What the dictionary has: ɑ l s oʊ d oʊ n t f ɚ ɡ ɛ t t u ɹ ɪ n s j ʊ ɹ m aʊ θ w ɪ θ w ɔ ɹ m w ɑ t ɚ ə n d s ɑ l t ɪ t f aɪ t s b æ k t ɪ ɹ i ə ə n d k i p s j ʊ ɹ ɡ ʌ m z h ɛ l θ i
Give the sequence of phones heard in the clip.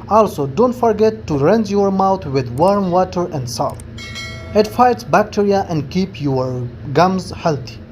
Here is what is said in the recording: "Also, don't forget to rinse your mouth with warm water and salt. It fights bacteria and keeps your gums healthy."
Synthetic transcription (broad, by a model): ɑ l s oʊ d oʊ n t f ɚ ɡ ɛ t t u ɹ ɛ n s j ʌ ɹ m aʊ t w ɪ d w ɔ ɹ m w ɑ t ɚ ə n d s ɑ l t ɪ t f aɪ t s b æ k t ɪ ɹ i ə ə n d k i p j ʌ ɹ ɡ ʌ m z h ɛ l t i